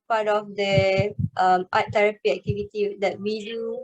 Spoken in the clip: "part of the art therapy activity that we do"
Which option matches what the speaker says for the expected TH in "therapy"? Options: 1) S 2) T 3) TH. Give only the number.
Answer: 2